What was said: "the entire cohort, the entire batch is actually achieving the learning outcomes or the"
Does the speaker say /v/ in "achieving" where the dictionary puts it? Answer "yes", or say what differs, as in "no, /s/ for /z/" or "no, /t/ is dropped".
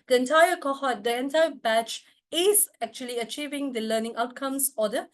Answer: yes